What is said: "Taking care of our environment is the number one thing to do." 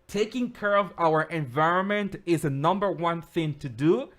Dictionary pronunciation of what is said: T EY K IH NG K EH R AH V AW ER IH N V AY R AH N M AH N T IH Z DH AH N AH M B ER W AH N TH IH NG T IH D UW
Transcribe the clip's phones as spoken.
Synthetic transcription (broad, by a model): T EY K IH NG K EH R AH V AW ER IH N V AY R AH N M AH N T IH Z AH N AH M B ER W AH N TH IH NG T IH D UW